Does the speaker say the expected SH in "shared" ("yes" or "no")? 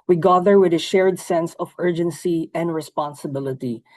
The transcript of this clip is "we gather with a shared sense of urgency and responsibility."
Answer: yes